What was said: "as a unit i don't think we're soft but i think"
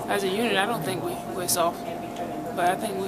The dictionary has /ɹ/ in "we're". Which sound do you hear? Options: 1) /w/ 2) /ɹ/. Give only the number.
1